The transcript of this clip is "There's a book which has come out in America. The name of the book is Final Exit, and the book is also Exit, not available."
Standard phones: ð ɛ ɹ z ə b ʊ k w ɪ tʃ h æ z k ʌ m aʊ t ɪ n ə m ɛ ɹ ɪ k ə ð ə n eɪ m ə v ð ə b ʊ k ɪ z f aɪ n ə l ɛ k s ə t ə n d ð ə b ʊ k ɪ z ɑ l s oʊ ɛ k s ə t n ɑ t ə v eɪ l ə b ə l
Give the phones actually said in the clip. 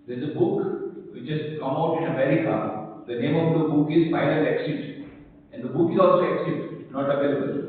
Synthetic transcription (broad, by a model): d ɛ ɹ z ə b ʊ k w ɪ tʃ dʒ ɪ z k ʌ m aʊ t ɪ n ə m ɛ ɹ ɪ k ə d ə n eɪ m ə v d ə b ʊ k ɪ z p aɪ l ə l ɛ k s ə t ə n d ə b ʊ k ɪ z ɑ l s oʊ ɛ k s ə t n ɑ t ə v eɪ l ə b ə l